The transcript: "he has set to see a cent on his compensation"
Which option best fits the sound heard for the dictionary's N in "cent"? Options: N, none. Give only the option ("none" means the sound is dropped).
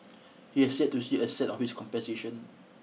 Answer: none